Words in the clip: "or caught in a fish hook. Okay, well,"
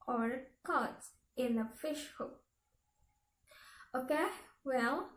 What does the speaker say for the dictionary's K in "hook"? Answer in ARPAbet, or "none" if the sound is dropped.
none